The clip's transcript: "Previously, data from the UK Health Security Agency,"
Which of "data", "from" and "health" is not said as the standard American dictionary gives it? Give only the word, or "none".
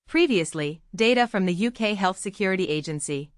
none